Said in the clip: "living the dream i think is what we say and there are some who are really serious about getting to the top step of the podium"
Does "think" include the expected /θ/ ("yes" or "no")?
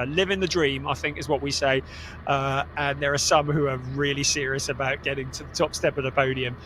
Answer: yes